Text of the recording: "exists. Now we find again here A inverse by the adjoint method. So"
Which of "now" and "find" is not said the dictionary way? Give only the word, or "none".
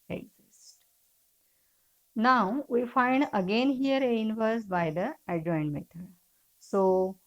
none